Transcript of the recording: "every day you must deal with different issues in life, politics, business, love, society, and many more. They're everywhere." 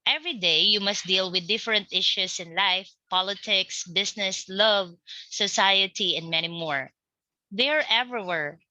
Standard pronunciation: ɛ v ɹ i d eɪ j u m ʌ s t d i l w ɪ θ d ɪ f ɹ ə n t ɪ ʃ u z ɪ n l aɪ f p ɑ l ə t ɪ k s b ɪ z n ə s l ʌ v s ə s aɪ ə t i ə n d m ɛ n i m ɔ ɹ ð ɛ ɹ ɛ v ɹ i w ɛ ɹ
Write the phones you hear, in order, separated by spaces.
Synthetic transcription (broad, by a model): ɛ v ɹ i d eɪ j u m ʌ s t d i l w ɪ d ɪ f ɹ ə n t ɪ ʃ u s ɪ n l aɪ f p ɑ l ə t ɪ k s b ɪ s n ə s l ʌ v s ə s aɪ ə t i ə n d m ɛ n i m ɔ ɹ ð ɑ ɹ ɛ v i w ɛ ɹ